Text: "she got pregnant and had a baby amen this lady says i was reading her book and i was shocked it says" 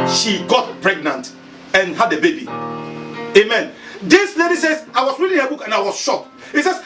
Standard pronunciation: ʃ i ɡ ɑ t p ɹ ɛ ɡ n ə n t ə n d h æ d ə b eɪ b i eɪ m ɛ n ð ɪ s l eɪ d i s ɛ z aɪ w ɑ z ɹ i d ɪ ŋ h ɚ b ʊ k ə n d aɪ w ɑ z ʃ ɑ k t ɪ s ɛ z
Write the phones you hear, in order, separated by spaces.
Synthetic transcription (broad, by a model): ʃ i ɡ ɑ t p ɹ ɛ ɡ n ə n t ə n h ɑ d ə b eɪ b i eɪ m ɛ n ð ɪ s l eɪ d i s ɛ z aɪ w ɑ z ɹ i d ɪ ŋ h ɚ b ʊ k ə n aɪ w ɑ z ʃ ɑ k ɪ s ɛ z